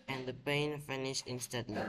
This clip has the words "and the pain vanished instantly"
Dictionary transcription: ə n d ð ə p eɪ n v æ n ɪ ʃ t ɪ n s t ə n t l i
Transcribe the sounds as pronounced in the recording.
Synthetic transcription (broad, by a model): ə n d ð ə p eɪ n f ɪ n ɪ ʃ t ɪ n s t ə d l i